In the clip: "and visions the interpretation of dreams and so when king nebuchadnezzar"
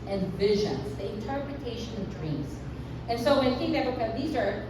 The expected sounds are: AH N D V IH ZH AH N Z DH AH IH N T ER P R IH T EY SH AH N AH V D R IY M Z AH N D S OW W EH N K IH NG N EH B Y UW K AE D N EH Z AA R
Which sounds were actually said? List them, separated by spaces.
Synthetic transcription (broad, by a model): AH N V IH ZH AH N Z DH AH IH N T ER P R IH T EY SH AH N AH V D R IY M Z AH N S OW W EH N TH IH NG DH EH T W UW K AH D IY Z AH R